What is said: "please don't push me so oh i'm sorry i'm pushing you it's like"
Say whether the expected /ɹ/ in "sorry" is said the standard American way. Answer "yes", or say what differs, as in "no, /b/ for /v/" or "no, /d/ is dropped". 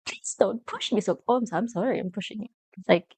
yes